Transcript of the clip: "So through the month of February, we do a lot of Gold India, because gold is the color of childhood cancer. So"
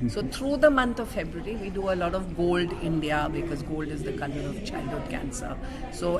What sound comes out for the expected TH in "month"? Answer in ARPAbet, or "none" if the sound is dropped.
T